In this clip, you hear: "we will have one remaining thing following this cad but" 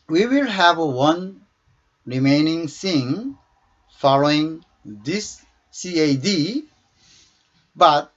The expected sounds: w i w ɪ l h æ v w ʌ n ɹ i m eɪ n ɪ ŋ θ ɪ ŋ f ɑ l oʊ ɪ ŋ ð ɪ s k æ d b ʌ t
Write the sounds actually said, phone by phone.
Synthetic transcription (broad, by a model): w i w ɪ l h æ v w ʌ n ɹ i m eɪ n ɪ ŋ s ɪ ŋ f ɑ l oʊ ɪ ŋ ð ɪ s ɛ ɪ d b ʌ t